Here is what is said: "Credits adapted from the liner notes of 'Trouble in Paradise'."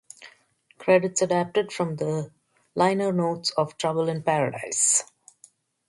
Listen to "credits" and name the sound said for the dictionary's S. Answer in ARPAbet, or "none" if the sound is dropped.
S